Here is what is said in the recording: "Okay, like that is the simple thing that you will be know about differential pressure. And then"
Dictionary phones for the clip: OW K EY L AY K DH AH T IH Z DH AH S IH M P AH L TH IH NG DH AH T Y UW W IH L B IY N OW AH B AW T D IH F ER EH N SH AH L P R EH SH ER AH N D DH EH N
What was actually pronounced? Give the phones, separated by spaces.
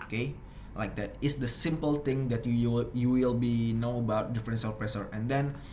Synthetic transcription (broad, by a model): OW K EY L AY K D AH T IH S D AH S IH M P AH L T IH NG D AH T Y UW W IH L B IY N OW AH B AW T D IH F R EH N S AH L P R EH S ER AH N D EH N